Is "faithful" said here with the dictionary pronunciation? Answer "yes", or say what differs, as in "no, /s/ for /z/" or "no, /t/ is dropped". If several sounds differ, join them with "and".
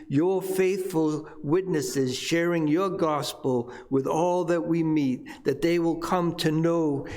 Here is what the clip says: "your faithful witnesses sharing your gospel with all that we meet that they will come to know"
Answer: yes